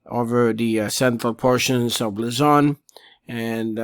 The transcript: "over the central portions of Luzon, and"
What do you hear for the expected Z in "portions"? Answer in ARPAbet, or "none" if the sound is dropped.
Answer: Z